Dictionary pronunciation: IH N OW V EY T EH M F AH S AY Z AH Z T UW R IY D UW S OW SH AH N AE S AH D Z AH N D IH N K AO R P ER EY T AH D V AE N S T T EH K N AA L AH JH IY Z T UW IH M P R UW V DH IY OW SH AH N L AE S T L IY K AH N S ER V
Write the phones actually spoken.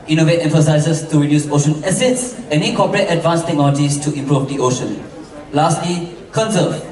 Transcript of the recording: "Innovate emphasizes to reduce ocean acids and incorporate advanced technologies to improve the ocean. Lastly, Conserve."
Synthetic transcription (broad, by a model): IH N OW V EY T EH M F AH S AY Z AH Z T UW R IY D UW S OW SH AH N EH S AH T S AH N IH K AO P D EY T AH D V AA N S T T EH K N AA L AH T IY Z T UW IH M P R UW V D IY OW SH AH N L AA S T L IY K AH N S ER